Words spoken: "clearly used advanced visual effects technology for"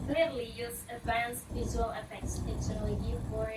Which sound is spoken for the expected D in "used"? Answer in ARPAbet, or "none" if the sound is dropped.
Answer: none